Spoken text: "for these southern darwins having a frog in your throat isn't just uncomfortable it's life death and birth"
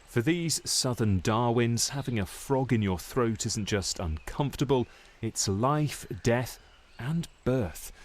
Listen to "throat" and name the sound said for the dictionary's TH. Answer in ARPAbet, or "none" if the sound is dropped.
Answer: TH